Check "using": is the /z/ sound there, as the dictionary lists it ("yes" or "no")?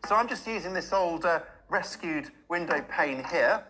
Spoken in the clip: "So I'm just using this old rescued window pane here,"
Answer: yes